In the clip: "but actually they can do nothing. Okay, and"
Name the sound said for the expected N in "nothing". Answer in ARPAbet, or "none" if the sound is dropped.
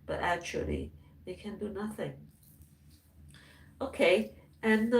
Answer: N